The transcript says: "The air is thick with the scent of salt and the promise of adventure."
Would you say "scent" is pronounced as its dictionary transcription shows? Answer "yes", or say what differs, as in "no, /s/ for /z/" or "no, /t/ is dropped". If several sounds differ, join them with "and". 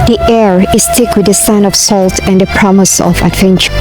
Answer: no, /t/ is dropped